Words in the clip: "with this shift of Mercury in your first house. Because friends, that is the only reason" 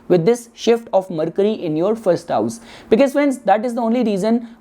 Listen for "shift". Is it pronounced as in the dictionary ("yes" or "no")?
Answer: yes